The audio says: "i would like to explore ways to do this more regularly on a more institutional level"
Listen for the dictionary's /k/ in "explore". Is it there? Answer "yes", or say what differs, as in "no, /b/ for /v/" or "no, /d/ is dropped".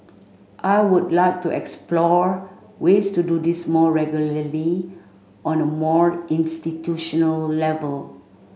yes